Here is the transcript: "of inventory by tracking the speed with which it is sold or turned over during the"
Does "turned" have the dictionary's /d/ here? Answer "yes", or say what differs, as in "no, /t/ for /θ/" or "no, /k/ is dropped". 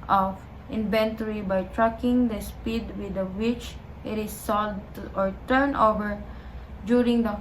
no, /d/ is dropped